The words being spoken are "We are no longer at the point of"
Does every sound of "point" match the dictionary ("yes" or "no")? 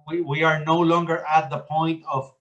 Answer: yes